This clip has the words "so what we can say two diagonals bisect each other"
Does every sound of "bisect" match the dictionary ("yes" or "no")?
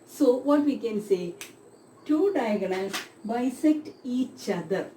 yes